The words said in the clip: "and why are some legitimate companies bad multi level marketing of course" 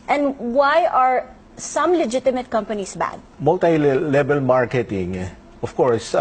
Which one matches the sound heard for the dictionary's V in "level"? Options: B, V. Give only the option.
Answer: B